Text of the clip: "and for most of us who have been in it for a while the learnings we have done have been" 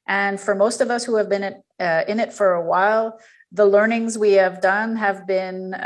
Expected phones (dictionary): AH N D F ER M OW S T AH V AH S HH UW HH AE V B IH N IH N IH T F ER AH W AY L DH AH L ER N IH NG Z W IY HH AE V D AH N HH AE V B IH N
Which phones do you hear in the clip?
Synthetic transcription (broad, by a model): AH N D F ER M OW S T AH V AH S HH UW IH V B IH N IH N IH T F ER AH W AY L DH AH L ER N IH NG Z W IY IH V D AH N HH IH V B IH N